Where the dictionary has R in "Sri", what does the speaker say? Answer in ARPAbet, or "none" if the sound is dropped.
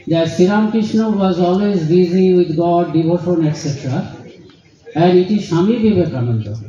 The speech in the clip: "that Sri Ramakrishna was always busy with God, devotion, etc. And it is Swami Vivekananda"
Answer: none